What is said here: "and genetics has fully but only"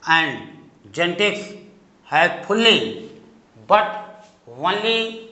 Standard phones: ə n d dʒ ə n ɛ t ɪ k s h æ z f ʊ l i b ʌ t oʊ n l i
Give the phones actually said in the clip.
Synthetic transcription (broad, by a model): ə n d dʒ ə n t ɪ s h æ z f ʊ l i b ʌ t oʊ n l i